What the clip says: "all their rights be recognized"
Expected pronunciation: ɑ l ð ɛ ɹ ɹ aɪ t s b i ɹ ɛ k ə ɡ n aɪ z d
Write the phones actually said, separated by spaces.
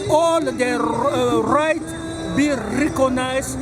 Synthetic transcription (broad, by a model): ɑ l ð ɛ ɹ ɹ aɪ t b i ɹ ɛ k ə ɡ n aɪ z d